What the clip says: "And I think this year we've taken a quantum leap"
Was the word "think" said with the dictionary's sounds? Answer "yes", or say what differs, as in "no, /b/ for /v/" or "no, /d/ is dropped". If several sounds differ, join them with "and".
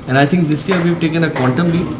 no, /t/ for /θ/